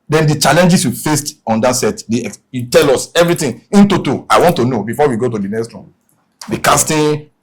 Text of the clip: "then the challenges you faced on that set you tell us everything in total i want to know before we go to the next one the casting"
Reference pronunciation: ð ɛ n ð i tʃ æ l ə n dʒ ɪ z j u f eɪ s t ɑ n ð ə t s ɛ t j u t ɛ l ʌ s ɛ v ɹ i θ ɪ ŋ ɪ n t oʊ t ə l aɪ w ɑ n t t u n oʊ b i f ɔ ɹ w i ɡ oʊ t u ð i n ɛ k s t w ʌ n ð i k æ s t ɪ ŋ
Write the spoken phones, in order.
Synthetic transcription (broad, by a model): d ɛ n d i tʃ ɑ l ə n dʒ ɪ s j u f eɪ s t ɑ n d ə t s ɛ t j u t ɛ l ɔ s ɛ v ɹ i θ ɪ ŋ ɪ n t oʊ t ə aɪ w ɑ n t t u n oʊ b i f ɔ w i ɡ oʊ t u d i n ɛ k s t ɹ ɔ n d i k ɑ s t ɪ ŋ